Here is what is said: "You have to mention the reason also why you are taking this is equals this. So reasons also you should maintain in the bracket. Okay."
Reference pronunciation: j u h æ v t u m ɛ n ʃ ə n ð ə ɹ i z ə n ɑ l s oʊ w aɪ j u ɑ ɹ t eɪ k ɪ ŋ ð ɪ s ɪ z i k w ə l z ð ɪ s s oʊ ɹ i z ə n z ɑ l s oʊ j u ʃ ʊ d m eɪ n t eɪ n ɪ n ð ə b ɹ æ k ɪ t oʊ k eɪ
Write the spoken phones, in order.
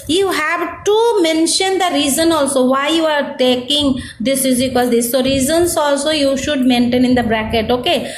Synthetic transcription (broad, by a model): j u h æ v t u m ɛ n ʃ ə n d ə ɹ i z ə n ɑ l s oʊ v aɪ j u ɑ ɹ t eɪ k ɪ ŋ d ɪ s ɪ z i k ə z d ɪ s s oʊ ɹ i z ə n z ɑ l s oʊ j u ʃ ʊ d m eɪ n t eɪ n ɪ n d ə b ɹ æ k ɪ t oʊ k eɪ